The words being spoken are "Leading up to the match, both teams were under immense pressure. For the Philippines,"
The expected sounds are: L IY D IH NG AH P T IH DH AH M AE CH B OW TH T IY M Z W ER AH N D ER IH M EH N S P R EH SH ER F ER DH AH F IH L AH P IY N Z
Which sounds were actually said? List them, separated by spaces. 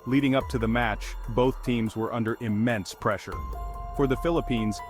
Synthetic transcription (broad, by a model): L IY D IH NG AH P T IH DH AH M AE CH B OW TH T IY M Z W ER AH N D ER IH M EH N S P R EH SH ER F ER DH AH F IH L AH P IY N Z